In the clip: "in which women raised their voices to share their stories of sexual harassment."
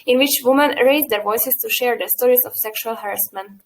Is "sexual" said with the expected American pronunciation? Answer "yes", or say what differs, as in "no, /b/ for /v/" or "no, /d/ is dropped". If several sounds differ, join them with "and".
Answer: yes